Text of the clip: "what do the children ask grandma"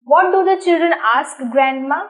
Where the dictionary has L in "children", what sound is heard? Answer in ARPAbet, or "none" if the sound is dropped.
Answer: L